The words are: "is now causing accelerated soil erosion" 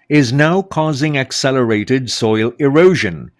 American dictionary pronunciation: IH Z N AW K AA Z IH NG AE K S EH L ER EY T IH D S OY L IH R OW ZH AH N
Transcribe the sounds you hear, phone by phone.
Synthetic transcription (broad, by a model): IH Z N AW K AA Z IH NG AE K S EH L ER EY T IH D S OY L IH R OW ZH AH N